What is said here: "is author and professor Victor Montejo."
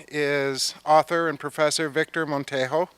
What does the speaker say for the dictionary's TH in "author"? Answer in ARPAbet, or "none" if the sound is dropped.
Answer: TH